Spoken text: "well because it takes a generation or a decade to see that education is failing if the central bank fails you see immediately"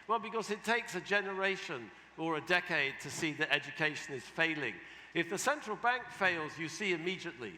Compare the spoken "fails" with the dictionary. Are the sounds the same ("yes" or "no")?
yes